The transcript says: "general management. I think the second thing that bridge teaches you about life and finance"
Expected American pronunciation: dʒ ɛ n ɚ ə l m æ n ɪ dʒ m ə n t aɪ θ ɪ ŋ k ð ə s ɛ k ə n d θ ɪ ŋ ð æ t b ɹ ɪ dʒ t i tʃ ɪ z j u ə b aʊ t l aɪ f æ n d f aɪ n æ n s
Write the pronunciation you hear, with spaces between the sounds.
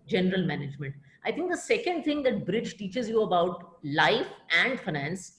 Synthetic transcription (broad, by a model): dʒ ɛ n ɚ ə l m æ n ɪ dʒ m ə n t aɪ t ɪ ŋ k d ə s ɛ k ə n d t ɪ ŋ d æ t b ɹ ɪ dʒ t i tʃ ɪ z j u ə b aʊ t l aɪ f æ n d f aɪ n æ n s